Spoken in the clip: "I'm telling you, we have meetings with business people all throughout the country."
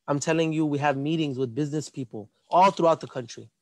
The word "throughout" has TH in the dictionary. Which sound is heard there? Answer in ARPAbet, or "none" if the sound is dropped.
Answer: TH